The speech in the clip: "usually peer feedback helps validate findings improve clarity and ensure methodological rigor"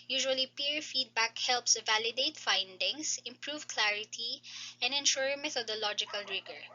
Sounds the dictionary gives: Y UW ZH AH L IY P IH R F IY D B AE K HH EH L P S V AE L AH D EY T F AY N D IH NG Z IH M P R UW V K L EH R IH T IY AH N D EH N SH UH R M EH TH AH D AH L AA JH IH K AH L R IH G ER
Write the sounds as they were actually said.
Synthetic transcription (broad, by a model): Y UW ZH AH L IY P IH R F IY D B AE K HH EH L P S V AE L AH D EY T F AY N D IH NG S IH M P R UW V K L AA R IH T IY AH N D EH N SH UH R M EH T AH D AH L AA JH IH K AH L R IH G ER